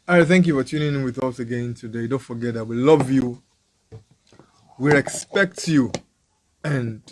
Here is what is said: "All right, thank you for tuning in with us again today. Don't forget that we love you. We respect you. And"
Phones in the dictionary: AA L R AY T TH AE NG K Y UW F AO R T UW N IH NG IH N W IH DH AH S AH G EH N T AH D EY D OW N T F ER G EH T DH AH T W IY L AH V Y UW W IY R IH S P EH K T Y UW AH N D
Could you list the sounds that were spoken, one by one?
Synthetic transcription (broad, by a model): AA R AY TH AE NG K Y UW F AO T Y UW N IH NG W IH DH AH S AH G EH N T AH D EY D OW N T F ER G EH T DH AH T W IY L AH V Y UW W IY R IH S P EH K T Y UW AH N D